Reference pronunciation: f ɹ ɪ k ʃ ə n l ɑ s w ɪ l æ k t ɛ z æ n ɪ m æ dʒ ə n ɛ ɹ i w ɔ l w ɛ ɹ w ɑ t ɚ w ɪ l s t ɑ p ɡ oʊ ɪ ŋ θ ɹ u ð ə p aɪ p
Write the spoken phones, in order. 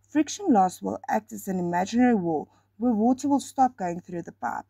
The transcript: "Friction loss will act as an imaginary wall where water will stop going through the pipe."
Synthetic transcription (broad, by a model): f ɹ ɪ k ʃ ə n l ɑ s w ɪ l æ k t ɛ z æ n ɪ m æ dʒ ə n ɛ ɹ i w ɔ w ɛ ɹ w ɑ t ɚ w ɪ l s t ɑ p ɡ oʊ ɪ ŋ θ ɹ u ð ə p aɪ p